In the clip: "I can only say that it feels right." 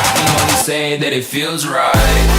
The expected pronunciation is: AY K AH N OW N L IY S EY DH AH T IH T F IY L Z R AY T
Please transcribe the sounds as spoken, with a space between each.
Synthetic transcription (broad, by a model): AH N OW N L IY S EY DH AH T IH T F IY L Z R AY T